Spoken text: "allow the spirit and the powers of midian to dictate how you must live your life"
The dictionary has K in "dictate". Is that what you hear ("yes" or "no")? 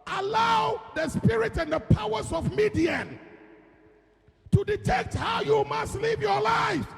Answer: no